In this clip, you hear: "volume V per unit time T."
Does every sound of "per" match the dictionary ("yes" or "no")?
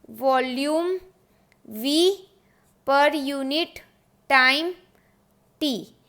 yes